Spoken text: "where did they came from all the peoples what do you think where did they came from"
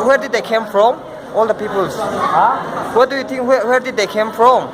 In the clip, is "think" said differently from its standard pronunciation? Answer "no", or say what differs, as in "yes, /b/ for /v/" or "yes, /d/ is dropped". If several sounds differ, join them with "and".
yes, /t/ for /θ/